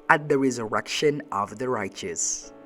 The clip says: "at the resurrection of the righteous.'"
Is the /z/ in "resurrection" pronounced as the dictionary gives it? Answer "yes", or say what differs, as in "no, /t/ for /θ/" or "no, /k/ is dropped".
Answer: yes